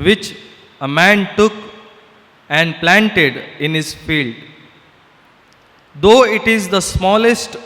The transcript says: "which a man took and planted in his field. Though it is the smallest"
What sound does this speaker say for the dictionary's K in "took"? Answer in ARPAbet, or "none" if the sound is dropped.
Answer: K